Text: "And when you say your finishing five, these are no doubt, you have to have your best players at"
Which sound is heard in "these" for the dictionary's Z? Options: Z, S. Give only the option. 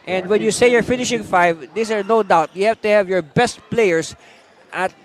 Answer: S